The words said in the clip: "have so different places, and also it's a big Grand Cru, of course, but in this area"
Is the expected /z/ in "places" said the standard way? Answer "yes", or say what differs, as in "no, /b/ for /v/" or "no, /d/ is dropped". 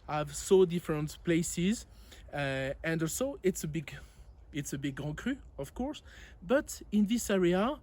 yes